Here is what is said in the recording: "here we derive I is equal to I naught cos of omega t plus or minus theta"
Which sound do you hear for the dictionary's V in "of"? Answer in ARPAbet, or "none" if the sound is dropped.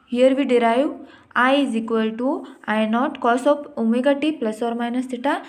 P